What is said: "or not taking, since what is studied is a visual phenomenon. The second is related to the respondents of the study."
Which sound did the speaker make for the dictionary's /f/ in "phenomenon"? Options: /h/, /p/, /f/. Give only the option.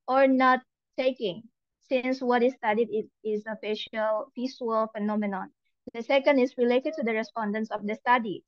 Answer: /f/